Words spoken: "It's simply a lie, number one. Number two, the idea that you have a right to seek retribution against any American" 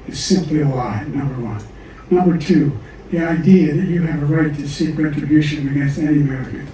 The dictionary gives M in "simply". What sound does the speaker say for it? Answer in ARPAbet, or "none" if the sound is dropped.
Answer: M